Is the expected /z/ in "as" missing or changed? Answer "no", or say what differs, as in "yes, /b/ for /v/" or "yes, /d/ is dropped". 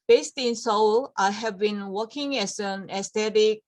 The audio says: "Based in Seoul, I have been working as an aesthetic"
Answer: yes, /s/ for /z/